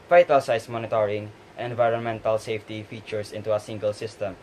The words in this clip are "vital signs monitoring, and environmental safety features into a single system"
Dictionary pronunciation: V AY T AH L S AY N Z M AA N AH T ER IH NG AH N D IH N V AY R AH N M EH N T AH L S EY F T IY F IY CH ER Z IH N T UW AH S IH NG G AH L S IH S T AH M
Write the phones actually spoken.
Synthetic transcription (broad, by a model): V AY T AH L S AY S M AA N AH T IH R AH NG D IH N V AY R AH N M EH N T AH L S EY F T IY F IY CH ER S IH N T UW AH S IH NG G AH L S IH S T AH M